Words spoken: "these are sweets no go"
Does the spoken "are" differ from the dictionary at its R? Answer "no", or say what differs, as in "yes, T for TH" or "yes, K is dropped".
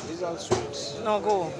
yes, L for R